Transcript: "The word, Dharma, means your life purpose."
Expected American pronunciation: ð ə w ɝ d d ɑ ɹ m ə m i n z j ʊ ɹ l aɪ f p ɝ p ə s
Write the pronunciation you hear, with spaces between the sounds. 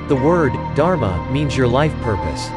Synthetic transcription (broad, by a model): ð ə w ɝ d d ɑ ɹ m ə m i n z j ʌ ɹ l aɪ f p ɝ p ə s